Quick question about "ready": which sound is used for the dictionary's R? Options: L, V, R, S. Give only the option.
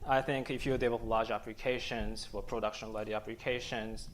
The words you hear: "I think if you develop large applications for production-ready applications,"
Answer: L